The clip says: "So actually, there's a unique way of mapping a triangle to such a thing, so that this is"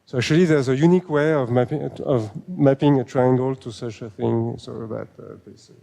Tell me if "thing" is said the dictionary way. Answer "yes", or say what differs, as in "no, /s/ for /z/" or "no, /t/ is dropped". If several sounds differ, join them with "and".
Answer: yes